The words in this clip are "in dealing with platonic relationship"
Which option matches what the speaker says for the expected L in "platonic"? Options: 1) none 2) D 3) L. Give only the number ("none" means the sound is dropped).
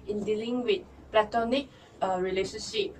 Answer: 3